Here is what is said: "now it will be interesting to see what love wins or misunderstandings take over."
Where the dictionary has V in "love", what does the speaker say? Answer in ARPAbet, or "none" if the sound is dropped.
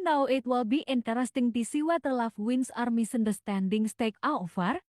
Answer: F